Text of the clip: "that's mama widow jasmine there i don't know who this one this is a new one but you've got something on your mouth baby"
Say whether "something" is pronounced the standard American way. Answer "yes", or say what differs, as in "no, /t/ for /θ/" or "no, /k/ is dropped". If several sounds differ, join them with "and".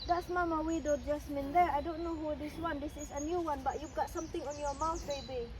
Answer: no, /t/ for /θ/